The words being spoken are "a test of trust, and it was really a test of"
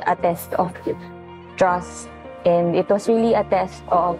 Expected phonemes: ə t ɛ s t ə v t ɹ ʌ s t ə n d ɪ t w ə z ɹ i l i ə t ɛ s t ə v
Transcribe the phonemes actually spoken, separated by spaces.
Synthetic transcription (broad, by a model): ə t ɛ s t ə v t ɹ ʌ s t ə n d ɪ t w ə s ɹ i l i ə t ɛ s t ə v